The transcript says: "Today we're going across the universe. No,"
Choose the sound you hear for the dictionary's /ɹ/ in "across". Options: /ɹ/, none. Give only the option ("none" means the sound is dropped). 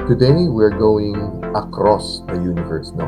/ɹ/